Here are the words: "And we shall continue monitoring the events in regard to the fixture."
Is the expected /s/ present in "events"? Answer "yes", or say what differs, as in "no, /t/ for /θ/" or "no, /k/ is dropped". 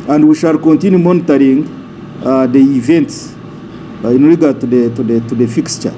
yes